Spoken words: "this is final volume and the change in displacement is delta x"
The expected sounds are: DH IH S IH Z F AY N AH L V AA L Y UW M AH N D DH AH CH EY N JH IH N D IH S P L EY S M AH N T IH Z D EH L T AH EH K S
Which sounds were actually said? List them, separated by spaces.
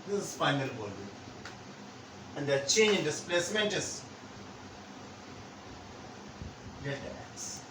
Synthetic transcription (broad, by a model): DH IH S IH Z F AY N AH L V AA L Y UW AH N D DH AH CH EY N JH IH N D IH S P L EY S M AH N T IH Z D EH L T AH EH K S